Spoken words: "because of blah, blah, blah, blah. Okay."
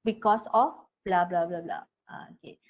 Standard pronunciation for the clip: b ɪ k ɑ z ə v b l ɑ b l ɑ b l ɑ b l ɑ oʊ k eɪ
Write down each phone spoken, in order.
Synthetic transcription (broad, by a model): b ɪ k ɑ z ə f b l ɑ b l ɑ b l ɑ b l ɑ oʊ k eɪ